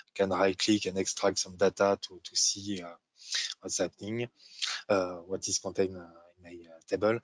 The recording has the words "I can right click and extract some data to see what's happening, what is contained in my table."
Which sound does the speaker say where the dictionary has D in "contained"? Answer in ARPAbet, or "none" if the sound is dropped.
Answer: none